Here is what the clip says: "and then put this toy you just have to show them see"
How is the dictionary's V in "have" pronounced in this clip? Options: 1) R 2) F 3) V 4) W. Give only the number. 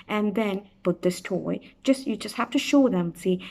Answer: 2